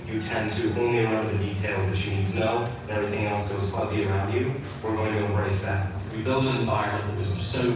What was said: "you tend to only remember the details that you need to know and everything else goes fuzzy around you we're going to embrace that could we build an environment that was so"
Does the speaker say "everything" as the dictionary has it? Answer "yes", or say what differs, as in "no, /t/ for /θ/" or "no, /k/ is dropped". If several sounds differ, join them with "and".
yes